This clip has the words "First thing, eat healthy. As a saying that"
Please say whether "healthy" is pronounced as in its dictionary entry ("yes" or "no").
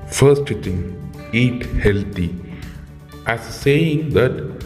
no